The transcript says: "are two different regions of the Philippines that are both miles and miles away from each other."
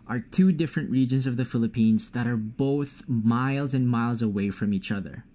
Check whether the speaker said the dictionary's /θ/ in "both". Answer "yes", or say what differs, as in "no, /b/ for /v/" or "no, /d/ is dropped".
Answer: yes